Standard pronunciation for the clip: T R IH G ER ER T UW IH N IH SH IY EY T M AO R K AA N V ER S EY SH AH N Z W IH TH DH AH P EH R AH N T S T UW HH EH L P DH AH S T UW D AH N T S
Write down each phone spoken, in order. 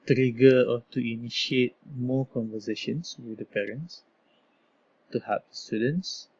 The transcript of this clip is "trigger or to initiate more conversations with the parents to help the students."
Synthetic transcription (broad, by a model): T R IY G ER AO T UW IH N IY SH IY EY T M AO K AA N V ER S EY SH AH N S W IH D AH P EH R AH N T S T UW HH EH P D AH S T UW D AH N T S